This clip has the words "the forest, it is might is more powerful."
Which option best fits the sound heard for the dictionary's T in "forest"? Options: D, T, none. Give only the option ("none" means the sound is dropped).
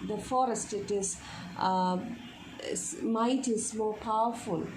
T